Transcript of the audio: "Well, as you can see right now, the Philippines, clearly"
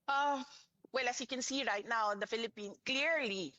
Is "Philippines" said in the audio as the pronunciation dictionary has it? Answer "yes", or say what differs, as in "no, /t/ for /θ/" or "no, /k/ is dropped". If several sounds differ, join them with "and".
no, /z/ is dropped